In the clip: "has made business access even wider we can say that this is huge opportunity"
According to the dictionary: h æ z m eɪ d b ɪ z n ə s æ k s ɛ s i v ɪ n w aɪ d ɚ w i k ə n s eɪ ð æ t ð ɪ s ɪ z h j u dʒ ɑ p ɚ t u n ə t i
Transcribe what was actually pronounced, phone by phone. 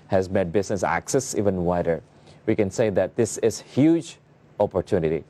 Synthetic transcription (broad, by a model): h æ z m eɪ d b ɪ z n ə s æ k s ɛ s i v ɪ n w aɪ d ɚ w i k ə n s eɪ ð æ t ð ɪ s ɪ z h j u dʒ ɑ p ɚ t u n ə t i